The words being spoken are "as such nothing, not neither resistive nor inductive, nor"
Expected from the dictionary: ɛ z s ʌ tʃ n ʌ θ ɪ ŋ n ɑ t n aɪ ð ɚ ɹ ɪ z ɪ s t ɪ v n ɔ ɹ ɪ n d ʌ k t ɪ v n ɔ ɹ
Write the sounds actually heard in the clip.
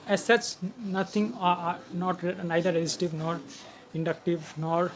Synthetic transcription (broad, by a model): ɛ s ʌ s n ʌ t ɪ ŋ n ɑ t n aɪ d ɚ ɹ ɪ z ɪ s t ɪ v n ɔ ɹ ɪ n d ʌ k t ɪ v n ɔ ɹ